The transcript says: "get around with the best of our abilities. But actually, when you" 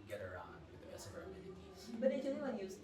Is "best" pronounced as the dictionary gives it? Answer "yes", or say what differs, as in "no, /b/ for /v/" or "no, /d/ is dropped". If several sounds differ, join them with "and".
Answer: no, /t/ is dropped